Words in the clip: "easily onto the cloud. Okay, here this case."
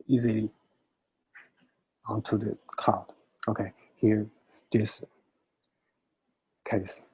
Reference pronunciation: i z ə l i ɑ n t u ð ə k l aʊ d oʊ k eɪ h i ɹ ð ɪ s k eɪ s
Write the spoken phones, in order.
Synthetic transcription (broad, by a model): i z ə l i ɑ n t u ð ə k aʊ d oʊ k eɪ h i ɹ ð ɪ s k eɪ s